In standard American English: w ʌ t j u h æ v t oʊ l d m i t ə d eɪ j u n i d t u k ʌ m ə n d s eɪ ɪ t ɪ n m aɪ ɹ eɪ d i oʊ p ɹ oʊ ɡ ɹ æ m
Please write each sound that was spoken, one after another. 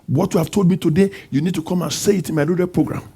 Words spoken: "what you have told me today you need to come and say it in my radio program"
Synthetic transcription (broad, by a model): w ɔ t j u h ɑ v t oʊ l d m i t ə d eɪ j u n i d t u k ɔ m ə n s eɪ ɪ t ɪ n m aɪ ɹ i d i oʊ p ɹ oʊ ɡ ɹ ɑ m